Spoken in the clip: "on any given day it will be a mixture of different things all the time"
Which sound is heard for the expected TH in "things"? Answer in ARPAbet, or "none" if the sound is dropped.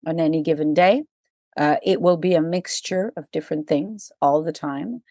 TH